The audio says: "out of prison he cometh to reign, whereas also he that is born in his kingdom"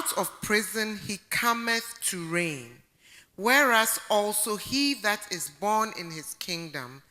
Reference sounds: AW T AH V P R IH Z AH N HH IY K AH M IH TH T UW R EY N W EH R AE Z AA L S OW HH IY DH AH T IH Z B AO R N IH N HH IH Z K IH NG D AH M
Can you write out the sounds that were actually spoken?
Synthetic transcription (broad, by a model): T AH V P R IH Z AH N HH IY K AH M IH TH T UW R EY N W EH R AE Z AA L S OW HH IY DH AH T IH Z B AO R N IH N HH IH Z K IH NG D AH M